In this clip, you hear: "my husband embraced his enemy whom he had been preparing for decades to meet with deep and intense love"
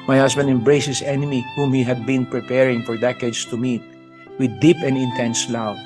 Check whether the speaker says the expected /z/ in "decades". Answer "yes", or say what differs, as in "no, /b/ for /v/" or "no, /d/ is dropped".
no, /s/ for /z/